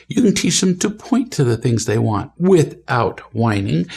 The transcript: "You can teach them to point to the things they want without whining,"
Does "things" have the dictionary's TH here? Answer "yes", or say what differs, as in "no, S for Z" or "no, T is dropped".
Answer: yes